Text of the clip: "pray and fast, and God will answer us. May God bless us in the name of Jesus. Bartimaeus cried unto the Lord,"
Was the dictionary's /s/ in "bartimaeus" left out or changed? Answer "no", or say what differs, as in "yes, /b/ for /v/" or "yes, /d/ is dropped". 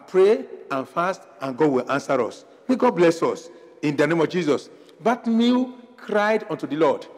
yes, /s/ is dropped